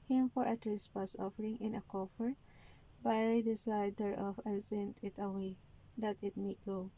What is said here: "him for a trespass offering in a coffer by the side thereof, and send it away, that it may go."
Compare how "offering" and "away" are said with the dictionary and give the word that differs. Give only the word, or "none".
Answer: none